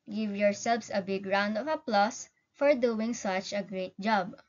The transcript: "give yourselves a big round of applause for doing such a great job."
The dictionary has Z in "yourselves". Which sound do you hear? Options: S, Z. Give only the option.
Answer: S